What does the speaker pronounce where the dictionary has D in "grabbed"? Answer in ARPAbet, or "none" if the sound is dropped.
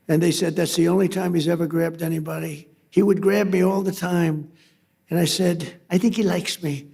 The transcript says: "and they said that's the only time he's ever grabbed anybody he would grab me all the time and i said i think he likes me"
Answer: D